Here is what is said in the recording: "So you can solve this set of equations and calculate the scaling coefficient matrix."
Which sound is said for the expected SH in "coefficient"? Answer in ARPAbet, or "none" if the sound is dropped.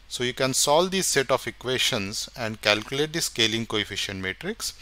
SH